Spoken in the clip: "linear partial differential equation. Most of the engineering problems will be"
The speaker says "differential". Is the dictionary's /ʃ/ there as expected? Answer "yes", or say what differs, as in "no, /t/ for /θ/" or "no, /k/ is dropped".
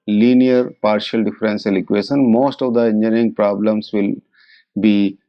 no, /s/ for /ʃ/